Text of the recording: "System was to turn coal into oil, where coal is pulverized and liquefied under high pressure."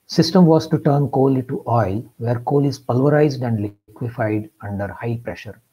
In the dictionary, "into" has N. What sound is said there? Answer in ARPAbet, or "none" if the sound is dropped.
none